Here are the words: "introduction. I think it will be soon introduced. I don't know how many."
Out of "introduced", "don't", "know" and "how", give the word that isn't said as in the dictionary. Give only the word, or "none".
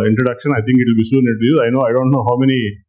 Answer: introduced